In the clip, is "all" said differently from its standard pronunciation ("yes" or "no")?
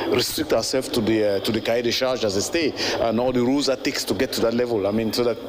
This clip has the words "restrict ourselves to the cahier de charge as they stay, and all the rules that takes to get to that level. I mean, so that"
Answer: no